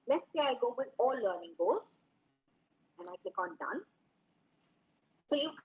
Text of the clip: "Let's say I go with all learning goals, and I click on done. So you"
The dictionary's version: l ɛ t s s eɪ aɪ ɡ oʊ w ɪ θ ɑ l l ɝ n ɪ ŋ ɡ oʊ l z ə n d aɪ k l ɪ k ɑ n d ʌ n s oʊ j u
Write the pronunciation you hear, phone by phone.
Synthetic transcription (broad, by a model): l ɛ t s s eɪ aɪ ɡ oʊ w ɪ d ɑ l l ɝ n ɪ ŋ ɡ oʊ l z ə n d aɪ k l ɪ k ɑ n d ʌ n s oʊ j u